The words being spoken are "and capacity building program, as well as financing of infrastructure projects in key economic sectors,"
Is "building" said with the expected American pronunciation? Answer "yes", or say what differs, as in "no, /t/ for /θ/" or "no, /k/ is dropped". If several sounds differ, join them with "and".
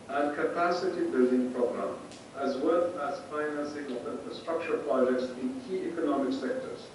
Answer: yes